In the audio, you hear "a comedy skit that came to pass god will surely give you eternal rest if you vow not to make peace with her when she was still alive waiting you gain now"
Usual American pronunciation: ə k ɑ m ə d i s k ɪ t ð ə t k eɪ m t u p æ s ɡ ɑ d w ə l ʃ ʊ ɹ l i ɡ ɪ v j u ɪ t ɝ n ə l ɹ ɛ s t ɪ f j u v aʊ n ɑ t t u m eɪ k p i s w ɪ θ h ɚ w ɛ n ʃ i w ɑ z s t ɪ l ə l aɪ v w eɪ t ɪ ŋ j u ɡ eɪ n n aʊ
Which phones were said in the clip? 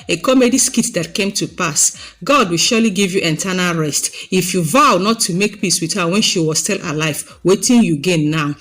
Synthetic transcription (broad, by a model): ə k ɑ m ə d i s k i t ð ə t k eɪ m t u p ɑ s ɡ ɑ d w ə l ʃ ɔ l i ɡ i v j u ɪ t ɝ n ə l ɹ ɛ s t ɪ f j u v aʊ n ɑ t t u m eɪ k p i s w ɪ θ h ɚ w ɛ n ʃ i w ɑ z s t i l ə l aɪ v w eɪ t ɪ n j u ɡ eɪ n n aʊ